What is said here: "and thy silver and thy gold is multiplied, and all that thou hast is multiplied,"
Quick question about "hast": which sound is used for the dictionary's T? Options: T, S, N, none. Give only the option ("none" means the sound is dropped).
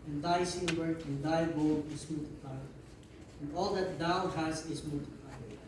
none